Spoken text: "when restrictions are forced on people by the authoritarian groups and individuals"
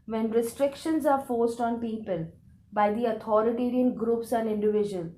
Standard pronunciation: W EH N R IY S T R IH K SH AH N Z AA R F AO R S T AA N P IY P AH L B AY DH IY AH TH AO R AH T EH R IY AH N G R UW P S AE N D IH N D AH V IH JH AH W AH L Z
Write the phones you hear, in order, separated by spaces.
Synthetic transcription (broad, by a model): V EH N R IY S T R IH K SH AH N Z AA R F AO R S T AA N P IY P AH L B AY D IY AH T AO R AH T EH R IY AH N G R UW P S AE N D IH N D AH V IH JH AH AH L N